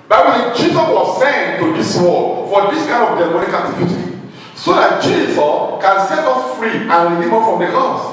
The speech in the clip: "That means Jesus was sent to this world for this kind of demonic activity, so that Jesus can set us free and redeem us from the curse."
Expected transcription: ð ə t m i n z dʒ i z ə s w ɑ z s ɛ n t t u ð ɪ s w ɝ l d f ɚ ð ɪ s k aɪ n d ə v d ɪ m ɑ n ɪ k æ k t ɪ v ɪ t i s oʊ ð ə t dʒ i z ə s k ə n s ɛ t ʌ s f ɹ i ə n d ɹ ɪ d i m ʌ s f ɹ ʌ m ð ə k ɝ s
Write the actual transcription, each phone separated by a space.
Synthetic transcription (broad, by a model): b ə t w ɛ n dʒ i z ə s w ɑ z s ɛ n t t u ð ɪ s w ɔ d f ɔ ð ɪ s k aɪ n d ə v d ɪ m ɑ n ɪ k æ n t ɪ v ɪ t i s oʊ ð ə t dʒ i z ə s k ə n s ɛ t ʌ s f ɹ i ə n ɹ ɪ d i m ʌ f ɹ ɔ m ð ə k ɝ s